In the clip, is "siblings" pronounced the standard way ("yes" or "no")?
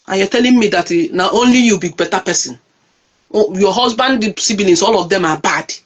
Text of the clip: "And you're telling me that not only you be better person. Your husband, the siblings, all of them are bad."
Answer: no